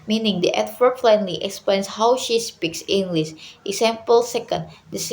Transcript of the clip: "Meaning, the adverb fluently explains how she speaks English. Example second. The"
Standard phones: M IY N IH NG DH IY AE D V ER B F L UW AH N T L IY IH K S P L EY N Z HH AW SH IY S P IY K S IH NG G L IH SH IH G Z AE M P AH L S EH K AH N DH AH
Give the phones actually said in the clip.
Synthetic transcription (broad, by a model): M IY N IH NG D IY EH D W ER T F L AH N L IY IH K S P L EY N S HH AW SH IY S P IY K S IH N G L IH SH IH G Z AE M P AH L S EH K AH N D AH